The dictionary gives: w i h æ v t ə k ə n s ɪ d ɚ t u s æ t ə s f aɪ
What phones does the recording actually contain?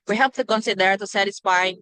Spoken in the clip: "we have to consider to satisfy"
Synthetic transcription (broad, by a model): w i h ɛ p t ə k ə n s ɪ d ɚ t u s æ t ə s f aɪ